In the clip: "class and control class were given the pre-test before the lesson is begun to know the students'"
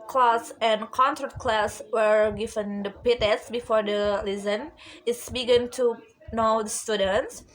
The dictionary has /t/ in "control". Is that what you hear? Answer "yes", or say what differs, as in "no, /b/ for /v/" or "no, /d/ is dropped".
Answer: no, /s/ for /t/